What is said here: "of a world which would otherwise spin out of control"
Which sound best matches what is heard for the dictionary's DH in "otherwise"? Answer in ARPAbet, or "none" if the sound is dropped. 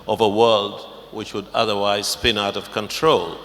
DH